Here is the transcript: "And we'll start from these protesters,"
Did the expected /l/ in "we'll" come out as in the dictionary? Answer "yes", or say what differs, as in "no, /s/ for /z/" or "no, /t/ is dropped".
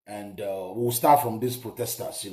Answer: no, /w/ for /l/